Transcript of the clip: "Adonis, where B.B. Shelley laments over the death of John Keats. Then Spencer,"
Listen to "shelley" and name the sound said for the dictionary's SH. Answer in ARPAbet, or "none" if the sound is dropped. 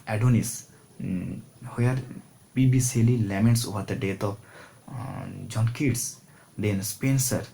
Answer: S